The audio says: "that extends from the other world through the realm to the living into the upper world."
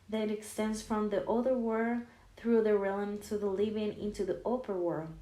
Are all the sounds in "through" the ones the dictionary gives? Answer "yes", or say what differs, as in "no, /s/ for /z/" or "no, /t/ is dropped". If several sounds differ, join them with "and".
yes